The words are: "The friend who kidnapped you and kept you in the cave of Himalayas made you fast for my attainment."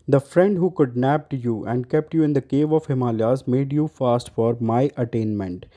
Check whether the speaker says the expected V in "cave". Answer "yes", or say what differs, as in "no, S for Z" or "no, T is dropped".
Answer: yes